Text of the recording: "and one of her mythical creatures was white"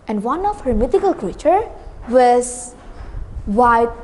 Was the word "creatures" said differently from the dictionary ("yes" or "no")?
yes